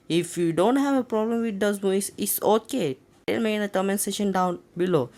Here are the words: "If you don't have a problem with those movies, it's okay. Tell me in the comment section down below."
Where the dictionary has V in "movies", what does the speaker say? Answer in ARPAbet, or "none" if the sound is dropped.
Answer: none